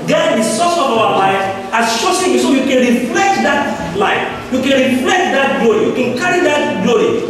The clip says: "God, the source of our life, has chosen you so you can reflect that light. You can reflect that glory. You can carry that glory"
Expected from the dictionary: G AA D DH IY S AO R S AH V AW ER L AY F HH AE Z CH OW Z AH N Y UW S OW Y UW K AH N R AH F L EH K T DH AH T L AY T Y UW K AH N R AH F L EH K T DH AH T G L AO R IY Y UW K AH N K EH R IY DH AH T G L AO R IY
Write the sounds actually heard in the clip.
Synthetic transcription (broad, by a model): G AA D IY S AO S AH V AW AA L AY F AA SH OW S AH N Y UW S OW Y UW K AH N R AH F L EH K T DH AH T L AY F Y UW K AH N R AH F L EH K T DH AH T G L AO R IY Y UW K AH N K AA R IY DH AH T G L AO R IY